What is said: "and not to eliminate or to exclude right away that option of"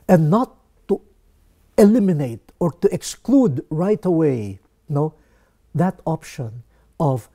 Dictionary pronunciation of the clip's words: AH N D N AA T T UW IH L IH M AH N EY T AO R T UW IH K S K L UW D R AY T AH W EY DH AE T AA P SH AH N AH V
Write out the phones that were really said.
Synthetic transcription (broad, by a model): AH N N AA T T UW IH L IH M AH N EY T AO R T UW IH K S K L UW D R AY T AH W EY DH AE T AA P SH AH N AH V